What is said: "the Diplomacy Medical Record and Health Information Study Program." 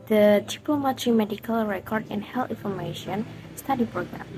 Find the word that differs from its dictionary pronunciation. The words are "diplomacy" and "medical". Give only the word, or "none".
diplomacy